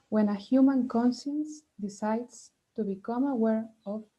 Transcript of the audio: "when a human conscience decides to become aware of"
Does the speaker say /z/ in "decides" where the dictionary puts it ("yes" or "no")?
no